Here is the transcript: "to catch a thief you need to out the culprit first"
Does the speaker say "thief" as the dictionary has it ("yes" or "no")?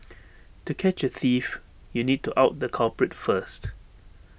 yes